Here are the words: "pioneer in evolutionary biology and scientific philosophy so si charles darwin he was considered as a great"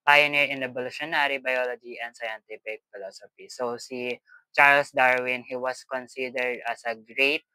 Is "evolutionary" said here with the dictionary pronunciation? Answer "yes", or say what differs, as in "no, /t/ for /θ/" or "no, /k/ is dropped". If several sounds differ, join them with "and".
no, /b/ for /v/